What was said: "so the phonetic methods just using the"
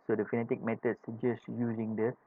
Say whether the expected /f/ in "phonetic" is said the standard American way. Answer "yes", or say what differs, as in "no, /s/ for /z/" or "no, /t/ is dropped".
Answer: yes